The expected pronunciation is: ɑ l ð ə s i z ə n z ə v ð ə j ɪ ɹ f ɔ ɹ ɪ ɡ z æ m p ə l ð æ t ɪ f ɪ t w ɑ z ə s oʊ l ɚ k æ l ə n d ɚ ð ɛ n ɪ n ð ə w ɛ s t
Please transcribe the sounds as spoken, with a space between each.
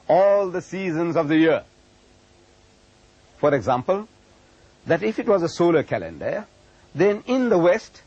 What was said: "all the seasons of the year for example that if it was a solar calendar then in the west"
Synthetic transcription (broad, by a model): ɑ l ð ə s i z ə n z ə v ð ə j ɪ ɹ f ɔ ɹ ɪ ɡ z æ m p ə l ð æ t ɪ f ɪ t w ɑ z ə s oʊ l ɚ k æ l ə n d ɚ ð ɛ n ɪ n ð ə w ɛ s t